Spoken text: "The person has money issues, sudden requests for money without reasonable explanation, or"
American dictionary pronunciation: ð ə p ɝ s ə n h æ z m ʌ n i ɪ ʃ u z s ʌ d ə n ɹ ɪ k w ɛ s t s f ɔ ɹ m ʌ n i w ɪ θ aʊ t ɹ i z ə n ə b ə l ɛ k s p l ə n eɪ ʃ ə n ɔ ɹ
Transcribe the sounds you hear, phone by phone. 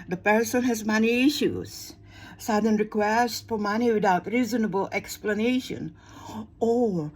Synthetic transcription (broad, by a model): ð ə p ɝ s ə n h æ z m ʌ n i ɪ ʃ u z s ʌ d ə n ɹ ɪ k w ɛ s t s f ɔ ɹ m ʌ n i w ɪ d aʊ t ɹ i z ə n ə b ə l ɛ k s p l ə n eɪ ʃ ə n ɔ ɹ